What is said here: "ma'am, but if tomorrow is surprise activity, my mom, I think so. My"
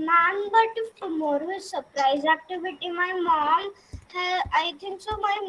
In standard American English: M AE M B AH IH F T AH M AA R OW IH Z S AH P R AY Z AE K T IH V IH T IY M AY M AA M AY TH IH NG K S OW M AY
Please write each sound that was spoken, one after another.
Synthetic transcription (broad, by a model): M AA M B AH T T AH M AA R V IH S AH P R AY Z AE K T IH V IH T IY M AY M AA M AY T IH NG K S OW M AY